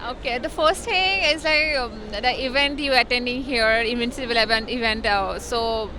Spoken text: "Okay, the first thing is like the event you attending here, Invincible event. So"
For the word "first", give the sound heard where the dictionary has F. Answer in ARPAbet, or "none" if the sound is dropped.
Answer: F